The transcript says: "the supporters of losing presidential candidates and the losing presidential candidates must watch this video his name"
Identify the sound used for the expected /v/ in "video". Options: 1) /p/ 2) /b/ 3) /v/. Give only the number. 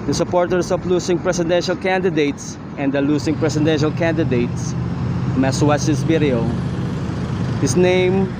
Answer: 2